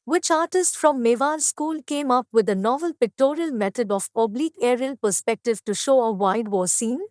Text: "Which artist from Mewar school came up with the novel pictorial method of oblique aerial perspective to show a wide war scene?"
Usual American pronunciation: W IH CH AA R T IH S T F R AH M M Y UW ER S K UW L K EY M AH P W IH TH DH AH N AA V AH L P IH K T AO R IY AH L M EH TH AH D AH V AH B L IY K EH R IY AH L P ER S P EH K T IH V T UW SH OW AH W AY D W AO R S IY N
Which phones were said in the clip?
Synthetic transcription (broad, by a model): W IH CH AA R T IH S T F R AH M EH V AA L S K UW L K EY M AH P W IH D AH N AA V AH L P IH K T AO R IY AH L M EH T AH D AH P AH B L IY K EH R IY AH L P ER S P EH K T IH V T UW SH OW AH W AY D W AO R S IY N